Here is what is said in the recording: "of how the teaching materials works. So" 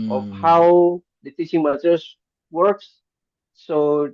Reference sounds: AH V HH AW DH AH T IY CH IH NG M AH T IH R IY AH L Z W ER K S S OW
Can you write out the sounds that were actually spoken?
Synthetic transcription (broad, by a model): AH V HH AW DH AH T IY CH IH NG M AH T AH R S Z W ER K S S OW